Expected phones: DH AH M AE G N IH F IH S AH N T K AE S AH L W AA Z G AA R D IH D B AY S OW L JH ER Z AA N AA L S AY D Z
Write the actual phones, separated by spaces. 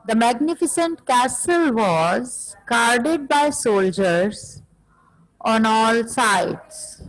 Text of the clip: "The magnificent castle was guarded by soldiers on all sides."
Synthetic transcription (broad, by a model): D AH M AE G N IH F IH S AH N T K AE S AH L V AA Z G AA R D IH D B AY S OW L JH ER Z AA N AA L S AY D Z